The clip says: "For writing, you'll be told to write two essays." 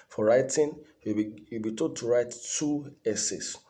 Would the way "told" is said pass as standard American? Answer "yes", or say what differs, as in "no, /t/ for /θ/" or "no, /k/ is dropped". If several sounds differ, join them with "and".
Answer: no, /l/ is dropped